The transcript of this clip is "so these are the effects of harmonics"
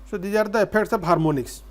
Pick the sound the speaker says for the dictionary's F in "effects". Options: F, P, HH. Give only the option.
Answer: P